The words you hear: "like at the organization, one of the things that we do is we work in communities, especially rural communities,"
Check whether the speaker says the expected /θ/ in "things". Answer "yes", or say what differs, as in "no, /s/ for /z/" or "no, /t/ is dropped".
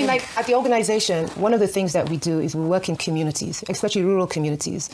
yes